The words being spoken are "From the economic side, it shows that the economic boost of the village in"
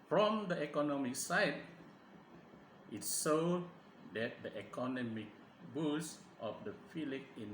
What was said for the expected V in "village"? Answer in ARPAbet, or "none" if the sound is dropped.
F